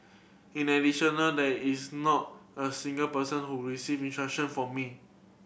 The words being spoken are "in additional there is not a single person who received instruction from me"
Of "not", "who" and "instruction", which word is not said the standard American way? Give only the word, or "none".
instruction